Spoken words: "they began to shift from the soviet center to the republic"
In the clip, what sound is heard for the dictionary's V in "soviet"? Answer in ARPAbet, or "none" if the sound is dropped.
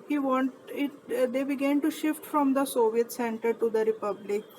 V